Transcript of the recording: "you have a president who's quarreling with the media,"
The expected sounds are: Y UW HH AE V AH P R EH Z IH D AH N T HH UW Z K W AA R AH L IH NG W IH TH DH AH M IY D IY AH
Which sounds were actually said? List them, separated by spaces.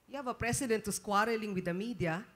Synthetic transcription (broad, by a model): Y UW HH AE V AH P R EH S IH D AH N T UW S K W AA R AH L IH NG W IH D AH M IY D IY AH